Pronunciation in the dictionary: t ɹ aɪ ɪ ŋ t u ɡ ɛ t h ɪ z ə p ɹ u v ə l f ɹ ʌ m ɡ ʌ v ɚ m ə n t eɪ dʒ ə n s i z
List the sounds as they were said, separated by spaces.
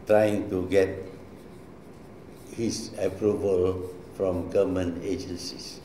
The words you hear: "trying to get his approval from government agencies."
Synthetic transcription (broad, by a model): t ɹ aɪ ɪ ŋ t u ɡ ɛ t h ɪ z ə p ɹ u v ə l f ɹ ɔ m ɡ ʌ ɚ m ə n eɪ dʒ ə n s i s